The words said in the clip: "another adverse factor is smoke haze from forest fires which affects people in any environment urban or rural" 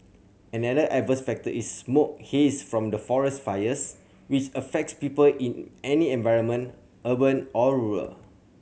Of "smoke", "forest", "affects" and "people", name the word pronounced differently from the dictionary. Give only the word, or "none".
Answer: none